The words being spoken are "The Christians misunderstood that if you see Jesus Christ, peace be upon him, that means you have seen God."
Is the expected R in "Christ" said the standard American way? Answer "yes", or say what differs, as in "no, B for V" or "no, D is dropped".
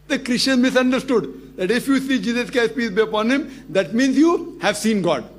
no, R is dropped